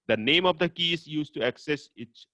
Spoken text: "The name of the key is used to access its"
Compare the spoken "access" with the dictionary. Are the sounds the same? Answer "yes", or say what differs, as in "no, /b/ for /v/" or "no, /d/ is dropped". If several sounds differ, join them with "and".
yes